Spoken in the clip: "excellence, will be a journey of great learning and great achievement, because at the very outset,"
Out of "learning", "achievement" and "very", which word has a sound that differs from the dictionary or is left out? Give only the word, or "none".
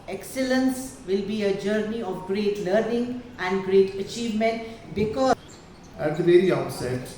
none